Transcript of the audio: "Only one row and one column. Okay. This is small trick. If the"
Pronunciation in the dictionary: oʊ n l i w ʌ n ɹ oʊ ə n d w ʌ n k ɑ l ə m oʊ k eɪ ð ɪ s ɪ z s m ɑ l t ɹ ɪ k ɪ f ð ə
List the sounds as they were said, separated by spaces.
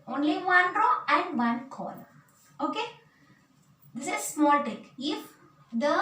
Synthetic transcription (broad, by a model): oʊ n l i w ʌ n ɹ oʊ ə n d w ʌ n k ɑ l oʊ k eɪ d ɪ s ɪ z s m ɑ l t ɪ k ɪ f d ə